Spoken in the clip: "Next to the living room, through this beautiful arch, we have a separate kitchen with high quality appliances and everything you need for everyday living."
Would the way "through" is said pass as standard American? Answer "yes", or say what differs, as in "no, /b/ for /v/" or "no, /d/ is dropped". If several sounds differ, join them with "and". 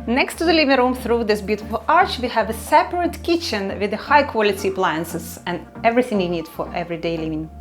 yes